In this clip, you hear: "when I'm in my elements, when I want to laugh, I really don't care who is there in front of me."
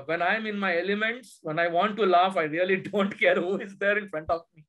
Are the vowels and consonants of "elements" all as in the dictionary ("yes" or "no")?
yes